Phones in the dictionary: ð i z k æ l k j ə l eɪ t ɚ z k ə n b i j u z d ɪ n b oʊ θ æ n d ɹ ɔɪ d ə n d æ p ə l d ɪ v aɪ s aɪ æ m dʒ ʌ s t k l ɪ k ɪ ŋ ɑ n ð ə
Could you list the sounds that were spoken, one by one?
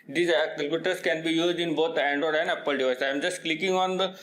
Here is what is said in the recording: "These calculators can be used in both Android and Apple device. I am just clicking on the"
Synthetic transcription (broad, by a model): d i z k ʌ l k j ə t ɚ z k ə n b i j u z d ɪ n b oʊ t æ n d ɔɪ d ə n d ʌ p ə l d ɪ v aɪ s aɪ m dʒ ʌ s t k l ɪ k ɪ ŋ ɑ n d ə